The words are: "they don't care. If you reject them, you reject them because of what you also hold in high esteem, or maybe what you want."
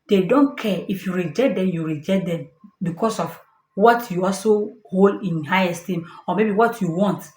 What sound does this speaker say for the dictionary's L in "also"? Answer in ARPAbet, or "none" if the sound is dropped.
L